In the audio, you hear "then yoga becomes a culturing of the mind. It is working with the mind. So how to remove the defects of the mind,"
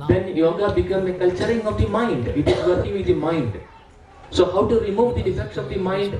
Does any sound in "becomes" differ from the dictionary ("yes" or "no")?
yes